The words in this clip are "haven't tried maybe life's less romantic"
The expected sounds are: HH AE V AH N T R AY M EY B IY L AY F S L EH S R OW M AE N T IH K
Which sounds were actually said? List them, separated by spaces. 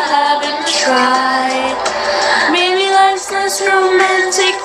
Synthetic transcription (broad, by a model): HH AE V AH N T R AY M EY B IY L AY S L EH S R OW M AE N T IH K